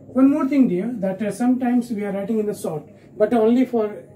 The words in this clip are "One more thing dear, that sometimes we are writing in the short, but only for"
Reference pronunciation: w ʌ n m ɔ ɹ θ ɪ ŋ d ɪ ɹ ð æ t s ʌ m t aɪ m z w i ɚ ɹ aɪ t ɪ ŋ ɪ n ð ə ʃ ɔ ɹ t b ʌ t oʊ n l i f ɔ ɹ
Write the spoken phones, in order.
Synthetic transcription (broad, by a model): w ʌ n m ɔ ɹ t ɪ ŋ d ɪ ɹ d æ t s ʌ m t aɪ m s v i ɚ ɹ aɪ t ɪ ŋ ɪ n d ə s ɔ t b ʌ t oʊ n l i f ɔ ɹ